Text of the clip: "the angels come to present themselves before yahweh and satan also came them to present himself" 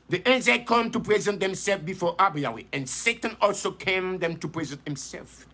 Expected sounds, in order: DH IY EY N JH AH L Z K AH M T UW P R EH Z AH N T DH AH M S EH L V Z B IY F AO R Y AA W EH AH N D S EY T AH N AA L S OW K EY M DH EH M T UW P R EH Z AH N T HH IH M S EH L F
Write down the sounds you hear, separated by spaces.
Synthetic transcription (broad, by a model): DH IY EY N Z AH K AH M T UW P R EH Z AH N T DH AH M S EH L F B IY F AO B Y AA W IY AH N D S EY T AH N AA L S OW K EY M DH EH M T UW P R EH Z AH N T HH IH M S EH L F